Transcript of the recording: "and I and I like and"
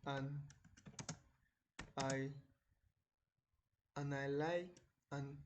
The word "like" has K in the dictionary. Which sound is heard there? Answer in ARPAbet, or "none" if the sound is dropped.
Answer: none